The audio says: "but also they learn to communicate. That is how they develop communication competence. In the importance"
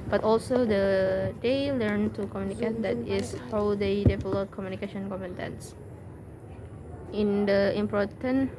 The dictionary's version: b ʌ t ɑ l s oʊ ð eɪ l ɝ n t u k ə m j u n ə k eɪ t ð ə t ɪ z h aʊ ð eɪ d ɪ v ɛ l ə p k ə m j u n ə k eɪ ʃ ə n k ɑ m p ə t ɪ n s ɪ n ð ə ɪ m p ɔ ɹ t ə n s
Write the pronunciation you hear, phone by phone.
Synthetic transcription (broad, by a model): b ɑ t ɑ l s oʊ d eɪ l ɝ n t u k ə m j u n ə k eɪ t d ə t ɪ s h aʊ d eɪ d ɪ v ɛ l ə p k ə m j u n ə k eɪ ʃ ə n k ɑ m ə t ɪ n s ɪ n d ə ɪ m p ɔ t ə n